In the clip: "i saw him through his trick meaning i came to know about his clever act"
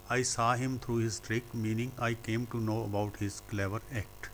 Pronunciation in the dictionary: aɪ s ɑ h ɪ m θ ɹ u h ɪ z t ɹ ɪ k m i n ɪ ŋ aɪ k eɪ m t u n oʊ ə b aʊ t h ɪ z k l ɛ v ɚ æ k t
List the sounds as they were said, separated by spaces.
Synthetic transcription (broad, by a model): aɪ s ɑ h ɪ m t ɹ u h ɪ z t ɹ ɪ k m i n ɪ ŋ aɪ k eɪ m t u n oʊ ə b aʊ t h ɪ z k l ɛ v ɚ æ k t